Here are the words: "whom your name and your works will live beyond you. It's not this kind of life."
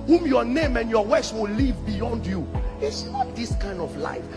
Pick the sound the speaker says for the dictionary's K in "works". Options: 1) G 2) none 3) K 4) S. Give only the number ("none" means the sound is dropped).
2